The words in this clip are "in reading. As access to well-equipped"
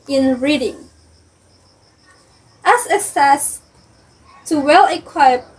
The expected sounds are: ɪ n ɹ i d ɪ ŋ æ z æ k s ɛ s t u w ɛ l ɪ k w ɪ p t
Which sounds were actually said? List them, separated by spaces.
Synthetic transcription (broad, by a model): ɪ n ɹ i d ɪ ŋ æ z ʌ s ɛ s t u w ɛ l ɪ k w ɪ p